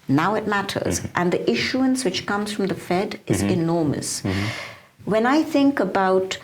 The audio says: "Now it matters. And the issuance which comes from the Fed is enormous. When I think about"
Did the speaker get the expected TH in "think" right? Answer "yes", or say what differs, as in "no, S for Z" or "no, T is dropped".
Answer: yes